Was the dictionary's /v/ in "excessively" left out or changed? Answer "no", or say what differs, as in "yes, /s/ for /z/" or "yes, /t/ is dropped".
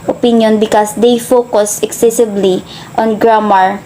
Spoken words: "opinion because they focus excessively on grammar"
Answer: yes, /b/ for /v/